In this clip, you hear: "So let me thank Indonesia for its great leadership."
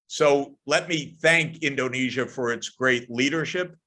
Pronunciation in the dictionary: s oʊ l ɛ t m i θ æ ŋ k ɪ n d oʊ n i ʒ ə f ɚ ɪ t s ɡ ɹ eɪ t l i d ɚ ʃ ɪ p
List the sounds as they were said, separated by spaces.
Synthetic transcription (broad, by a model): s oʊ l ɛ t m i θ æ ŋ k ɪ n d oʊ n i ʒ ə f ɚ ɪ t s ɡ ɹ eɪ t l i d ɚ ʃ ɪ p